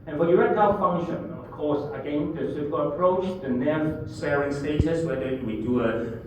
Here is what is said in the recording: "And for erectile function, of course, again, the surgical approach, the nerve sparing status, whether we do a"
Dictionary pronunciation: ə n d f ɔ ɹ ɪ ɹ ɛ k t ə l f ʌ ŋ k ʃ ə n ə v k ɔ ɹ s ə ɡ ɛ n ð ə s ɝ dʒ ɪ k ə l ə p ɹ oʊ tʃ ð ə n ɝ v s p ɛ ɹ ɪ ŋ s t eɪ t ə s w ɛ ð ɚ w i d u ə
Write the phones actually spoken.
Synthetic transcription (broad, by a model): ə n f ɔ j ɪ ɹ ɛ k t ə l f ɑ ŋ ʃ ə n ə f k ɔ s ə ɡ ɛ n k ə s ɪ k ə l ə p ɹ oʊ tʃ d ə n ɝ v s ɛ ɹ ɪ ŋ s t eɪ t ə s w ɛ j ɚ w i d u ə